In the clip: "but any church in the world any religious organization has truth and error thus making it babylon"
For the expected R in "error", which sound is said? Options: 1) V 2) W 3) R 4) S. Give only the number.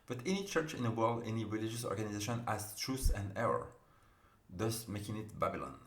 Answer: 3